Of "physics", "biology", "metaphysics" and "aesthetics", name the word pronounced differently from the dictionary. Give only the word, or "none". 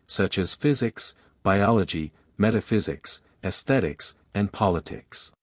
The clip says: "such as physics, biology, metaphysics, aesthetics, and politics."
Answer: none